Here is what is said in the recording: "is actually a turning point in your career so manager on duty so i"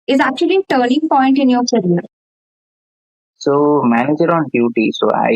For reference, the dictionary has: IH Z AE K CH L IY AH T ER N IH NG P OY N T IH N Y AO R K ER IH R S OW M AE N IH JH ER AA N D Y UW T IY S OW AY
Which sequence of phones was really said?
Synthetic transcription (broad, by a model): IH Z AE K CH IY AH T ER N IH NG P OY N T IH N Y AO R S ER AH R S OW M AE N IH JH ER AA N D Y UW T IY S OW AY